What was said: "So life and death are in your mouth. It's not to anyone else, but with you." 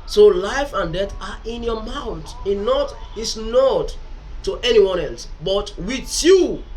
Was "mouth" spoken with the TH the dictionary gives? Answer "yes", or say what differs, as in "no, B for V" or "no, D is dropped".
no, T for TH